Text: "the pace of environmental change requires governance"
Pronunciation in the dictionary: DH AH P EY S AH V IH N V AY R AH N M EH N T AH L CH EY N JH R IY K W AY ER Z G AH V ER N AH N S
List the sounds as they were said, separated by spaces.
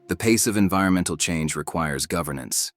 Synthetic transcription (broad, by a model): DH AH P EY S AH V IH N V AY R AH N M EH N T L CH EY N JH R IY K W AY ER Z G AH V ER N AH N S